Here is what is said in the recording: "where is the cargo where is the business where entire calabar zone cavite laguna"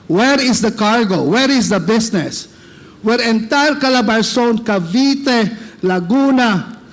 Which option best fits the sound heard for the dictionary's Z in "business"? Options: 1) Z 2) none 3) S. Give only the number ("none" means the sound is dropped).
3